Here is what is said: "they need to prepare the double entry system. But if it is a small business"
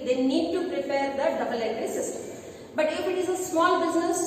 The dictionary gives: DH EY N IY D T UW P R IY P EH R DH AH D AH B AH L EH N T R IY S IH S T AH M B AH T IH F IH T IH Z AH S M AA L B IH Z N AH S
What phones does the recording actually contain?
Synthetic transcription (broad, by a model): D EY N IY D T UW P R IY P EH R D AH D AH B AH L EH T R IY S IH S T AH M B AH T IH F IH T IH Z AH S M AA L B IH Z N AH S